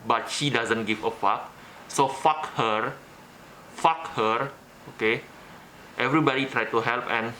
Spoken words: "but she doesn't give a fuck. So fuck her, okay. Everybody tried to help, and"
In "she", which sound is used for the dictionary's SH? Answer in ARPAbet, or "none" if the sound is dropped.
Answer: SH